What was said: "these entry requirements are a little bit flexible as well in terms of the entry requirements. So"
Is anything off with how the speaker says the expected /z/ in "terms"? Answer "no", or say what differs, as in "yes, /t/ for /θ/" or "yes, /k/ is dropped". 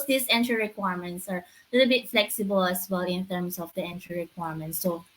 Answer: yes, /s/ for /z/